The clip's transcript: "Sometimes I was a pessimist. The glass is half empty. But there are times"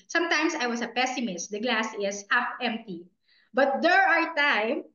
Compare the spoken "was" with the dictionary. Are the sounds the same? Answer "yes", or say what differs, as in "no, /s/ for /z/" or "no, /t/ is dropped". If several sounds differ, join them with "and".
no, /s/ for /z/